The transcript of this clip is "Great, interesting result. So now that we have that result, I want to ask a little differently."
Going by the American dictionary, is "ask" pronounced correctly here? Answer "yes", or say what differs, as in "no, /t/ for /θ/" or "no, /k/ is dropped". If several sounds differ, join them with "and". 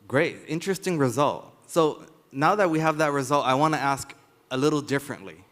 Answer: yes